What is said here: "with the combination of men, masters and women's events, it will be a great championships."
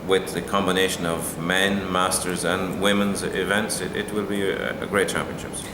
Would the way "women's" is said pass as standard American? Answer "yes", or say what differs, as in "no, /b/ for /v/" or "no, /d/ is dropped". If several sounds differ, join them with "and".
yes